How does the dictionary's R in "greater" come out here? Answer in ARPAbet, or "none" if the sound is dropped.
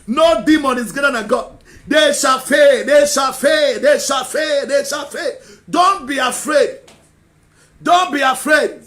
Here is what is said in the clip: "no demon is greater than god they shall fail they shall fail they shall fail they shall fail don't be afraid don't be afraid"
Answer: none